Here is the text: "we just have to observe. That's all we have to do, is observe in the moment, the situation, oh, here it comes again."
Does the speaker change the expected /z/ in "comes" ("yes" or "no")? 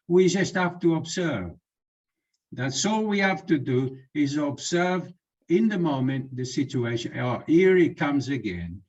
no